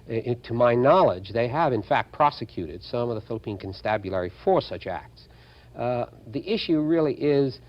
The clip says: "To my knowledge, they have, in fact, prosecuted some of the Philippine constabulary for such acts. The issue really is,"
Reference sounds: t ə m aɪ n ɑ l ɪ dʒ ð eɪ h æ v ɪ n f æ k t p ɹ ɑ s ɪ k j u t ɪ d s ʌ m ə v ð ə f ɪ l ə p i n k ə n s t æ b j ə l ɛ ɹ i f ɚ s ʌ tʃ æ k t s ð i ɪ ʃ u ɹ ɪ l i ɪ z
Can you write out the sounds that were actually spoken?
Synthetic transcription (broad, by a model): t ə m aɪ n ɑ l ɪ dʒ ð eɪ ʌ v ɪ n f æ k t p ɹ ɑ s ɪ k j u t ɪ d s ʌ m ə v ð ə f ɪ l ə p i n k ə n s t æ b j ə l ɛ ɹ i f ɚ s ʌ tʃ æ k t s ð i ɪ ʃ u ɹ ɪ l i ɪ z